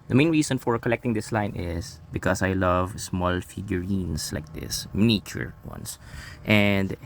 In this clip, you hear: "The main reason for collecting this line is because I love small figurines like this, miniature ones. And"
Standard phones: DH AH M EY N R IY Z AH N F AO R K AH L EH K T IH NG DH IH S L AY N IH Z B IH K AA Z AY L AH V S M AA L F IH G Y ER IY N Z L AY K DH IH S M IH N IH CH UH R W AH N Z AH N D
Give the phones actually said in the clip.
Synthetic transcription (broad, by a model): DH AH M EY N R IY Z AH N F AO R K AH L EH K T IH NG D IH S L AY N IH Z B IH K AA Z AY L AH V S M AA L F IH G Y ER IY N S L AY K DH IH S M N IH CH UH R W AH N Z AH N D